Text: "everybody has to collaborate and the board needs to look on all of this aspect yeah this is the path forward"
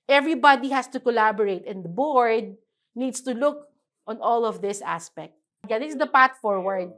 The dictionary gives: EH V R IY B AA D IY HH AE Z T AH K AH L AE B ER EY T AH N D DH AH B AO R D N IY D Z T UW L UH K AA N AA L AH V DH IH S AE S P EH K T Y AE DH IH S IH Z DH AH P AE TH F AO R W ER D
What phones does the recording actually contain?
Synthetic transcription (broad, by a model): EH V R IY B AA D IY HH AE S T AH K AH L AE B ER EY T AH N D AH B AO R D N IY D S T UW L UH K AA N AA L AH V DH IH S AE S P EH K T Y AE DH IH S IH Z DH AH P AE T F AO R W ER D